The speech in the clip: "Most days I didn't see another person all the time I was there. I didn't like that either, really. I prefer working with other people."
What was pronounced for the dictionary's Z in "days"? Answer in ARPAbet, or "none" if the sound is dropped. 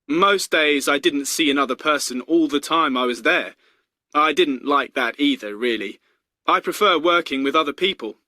Z